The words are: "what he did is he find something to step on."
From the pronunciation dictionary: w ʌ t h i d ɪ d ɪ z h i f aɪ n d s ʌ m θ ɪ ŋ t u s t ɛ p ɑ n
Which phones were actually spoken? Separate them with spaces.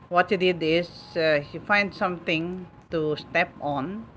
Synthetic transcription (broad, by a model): w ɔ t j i d ɪ d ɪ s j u f aɪ n d s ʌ m t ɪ ŋ t u s t ɛ p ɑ n